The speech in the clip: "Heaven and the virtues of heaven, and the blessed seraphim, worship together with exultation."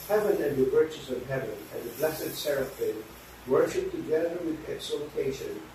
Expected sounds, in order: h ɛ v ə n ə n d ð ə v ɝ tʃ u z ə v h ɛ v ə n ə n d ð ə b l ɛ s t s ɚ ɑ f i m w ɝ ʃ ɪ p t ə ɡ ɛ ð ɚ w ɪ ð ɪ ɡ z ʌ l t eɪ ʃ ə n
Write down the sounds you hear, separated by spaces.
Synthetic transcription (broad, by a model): h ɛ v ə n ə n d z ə w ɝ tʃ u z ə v h ɛ v ə n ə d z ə b l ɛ s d s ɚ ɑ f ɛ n w ɝ ʃ ɪ p t ə ɡ ɛ ð ɚ w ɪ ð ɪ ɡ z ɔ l t eɪ ʃ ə n